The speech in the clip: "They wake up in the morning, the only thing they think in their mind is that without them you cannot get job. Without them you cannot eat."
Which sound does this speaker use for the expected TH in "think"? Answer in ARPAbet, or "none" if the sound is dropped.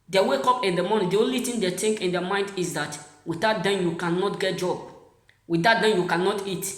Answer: T